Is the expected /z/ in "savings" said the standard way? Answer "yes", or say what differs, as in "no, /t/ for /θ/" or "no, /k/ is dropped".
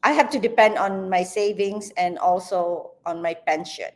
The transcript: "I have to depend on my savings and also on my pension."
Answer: no, /s/ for /z/